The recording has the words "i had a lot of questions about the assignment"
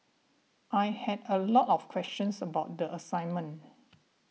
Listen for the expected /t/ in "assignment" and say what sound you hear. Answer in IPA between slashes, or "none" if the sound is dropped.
none